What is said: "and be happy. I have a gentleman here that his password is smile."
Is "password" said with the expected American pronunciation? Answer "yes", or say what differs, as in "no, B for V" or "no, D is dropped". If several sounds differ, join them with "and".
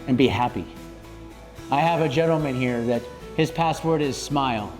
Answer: yes